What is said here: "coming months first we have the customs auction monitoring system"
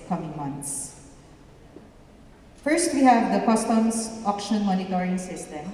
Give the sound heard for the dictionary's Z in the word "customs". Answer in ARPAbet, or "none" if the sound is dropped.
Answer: S